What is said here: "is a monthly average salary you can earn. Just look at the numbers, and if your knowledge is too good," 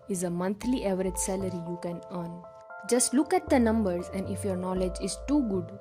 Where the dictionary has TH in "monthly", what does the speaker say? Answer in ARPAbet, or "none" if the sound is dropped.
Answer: T